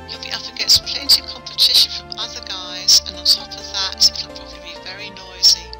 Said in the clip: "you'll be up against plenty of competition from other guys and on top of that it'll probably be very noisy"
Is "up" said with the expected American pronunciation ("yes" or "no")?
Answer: no